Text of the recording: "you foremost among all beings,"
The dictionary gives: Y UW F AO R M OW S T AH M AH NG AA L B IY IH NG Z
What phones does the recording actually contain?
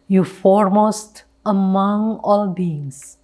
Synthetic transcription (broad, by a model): Y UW F AO R M OW S T AH M AH NG AA L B IY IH NG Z